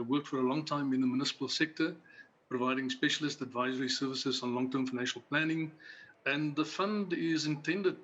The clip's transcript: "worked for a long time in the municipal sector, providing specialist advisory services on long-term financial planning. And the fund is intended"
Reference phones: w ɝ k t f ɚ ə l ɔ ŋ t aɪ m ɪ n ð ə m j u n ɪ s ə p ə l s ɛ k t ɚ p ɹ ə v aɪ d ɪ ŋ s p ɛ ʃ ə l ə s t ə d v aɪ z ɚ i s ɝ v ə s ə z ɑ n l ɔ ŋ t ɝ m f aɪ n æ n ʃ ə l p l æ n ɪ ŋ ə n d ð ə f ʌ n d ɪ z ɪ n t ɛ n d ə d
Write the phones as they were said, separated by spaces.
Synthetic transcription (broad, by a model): w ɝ k t f ɚ ə l ɔ ŋ t aɪ m ɪ n ð ə m j u n ɪ s ə p ə l s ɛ k t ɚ p ɹ ə v aɪ d ɪ ŋ s p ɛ ʃ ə l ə s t ə d v aɪ z ɚ i s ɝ v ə s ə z n l ɔ ŋ t ɝ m f aɪ n æ n ʃ ə l p l æ n ɪ ŋ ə n ð ə f ʌ n d ɪ z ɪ n t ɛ n d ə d